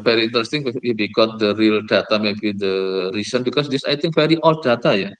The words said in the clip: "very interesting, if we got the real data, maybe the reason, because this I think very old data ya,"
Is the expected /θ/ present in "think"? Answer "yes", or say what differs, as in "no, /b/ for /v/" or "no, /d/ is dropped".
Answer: no, /t/ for /θ/